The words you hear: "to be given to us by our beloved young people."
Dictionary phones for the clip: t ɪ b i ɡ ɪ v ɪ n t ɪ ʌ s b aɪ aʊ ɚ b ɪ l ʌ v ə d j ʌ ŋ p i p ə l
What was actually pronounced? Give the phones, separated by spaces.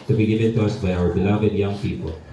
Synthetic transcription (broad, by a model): t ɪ b i ɡ ɪ v ɪ n t ɪ ʌ s b aɪ aʊ ɚ b ɪ l ʌ v ə d j ʌ ŋ p i p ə l